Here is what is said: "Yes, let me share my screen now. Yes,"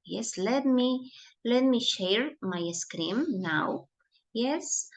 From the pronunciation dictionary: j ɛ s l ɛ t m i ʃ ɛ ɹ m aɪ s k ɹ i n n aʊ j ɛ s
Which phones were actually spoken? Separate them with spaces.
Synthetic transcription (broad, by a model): j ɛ s l ɛ t m i ʃ ɛ ɹ m aɪ s k ɹ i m n aʊ j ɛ s